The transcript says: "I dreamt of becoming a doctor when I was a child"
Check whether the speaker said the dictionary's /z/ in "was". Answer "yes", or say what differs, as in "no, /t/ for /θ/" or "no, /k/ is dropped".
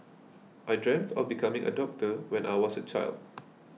no, /s/ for /z/